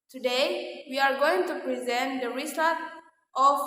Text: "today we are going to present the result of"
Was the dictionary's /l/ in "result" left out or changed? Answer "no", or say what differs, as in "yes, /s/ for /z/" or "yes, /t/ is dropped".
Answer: yes, /l/ is dropped